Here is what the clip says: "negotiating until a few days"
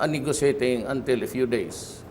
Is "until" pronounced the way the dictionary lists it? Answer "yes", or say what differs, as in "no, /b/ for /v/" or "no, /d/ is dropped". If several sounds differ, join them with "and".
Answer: yes